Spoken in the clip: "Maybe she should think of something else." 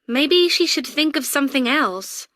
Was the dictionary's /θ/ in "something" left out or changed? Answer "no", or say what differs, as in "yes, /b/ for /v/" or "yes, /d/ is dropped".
no